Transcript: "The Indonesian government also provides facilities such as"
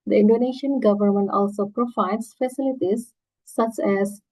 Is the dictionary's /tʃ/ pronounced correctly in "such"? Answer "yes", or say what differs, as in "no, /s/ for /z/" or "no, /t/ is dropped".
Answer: yes